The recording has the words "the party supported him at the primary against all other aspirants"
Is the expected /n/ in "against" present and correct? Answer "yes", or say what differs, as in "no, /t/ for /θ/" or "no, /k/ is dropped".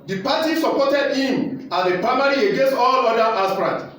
yes